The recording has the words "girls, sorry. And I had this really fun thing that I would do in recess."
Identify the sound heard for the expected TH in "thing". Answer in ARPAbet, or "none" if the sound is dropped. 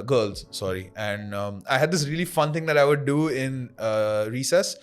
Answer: T